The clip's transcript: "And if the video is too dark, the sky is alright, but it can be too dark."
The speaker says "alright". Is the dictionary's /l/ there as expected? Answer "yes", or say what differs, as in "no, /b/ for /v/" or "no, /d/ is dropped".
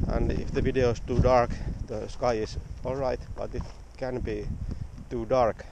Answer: yes